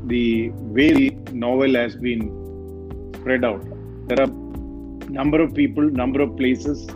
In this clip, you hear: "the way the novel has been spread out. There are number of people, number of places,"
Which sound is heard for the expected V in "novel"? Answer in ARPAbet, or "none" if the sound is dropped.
V